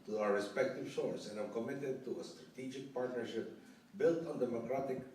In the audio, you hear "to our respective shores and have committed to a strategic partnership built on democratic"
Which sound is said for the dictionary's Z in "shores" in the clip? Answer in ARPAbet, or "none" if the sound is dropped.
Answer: S